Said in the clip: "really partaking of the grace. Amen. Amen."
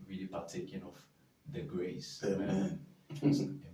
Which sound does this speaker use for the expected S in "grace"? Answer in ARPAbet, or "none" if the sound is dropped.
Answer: none